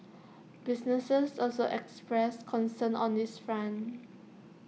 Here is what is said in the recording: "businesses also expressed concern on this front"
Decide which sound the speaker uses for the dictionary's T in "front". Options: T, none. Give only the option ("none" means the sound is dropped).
none